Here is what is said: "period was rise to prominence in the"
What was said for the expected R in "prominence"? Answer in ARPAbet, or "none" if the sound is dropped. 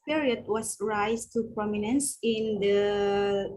R